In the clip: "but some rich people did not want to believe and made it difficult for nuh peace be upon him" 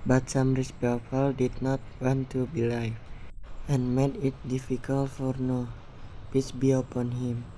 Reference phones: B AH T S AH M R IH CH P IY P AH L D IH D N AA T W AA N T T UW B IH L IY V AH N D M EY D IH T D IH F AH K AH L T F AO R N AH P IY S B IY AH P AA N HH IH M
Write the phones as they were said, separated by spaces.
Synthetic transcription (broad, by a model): B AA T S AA M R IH S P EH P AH L D IH D N AA T W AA N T T UW B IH L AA F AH N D M EY D IH T D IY F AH K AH L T F AO R N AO P IY S B IY AH P AA N HH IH M